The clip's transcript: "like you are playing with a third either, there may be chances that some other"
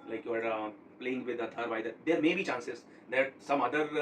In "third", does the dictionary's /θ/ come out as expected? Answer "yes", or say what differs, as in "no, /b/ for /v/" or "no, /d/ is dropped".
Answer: no, /t/ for /θ/